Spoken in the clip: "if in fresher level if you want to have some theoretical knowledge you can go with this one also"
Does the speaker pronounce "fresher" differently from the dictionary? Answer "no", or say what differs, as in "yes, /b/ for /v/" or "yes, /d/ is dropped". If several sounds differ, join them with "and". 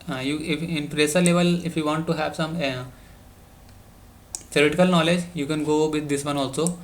yes, /p/ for /f/ and /s/ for /ʃ/